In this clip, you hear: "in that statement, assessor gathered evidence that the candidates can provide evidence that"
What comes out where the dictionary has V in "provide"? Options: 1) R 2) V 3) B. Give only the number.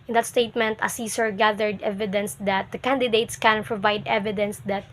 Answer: 2